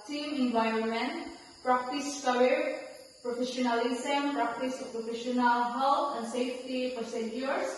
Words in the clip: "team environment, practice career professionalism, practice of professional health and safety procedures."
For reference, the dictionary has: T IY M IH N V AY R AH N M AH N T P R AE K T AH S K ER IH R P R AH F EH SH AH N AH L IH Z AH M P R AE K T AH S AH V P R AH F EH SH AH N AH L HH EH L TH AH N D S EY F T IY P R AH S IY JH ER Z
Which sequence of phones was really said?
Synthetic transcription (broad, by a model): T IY M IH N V AY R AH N M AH N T P R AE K T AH S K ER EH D P R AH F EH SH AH N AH L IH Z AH M P R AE K T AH S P R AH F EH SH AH N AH L HH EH L T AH N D S EY F T IY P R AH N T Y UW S